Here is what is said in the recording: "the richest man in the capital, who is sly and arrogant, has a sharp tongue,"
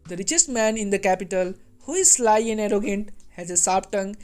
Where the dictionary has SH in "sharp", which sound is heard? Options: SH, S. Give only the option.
S